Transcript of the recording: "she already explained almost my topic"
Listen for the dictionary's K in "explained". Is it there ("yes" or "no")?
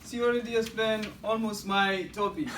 no